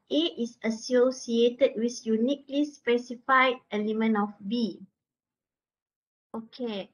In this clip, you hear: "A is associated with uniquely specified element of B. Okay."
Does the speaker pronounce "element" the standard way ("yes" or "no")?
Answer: no